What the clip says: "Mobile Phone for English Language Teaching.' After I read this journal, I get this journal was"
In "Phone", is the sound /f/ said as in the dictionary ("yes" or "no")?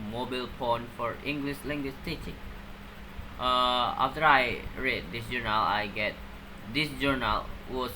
no